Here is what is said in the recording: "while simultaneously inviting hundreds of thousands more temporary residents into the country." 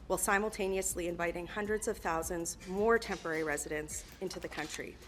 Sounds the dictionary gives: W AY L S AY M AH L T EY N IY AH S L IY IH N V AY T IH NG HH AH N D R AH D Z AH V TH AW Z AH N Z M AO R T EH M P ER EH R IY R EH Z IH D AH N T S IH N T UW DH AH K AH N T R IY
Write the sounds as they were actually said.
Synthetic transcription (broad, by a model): W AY L S AY M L T EY N IY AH S L IY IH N V AY T IH NG HH AH N D R AH D Z AH V TH AW Z AH N Z M AO R T EH M P ER EH R IY R EH Z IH D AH N S IH N T UW DH AH K AH N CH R IY